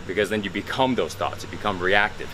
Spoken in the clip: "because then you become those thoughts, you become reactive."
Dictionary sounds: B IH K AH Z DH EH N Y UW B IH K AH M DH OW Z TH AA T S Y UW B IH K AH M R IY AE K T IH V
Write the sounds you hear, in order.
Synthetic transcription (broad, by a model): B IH K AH Z DH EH N Y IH B IH K AH M DH OW Z TH AA T S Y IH B IH K AH M R IY AE K T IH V